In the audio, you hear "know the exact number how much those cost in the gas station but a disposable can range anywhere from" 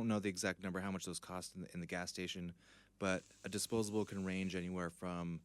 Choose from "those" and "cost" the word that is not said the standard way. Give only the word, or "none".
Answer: none